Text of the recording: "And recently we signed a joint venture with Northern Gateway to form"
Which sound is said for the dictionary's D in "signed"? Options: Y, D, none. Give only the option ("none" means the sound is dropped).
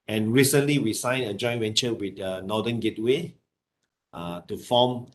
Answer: none